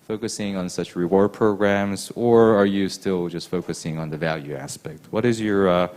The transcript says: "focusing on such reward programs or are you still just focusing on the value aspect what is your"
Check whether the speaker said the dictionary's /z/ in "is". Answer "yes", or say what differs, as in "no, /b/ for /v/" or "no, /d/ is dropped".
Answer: yes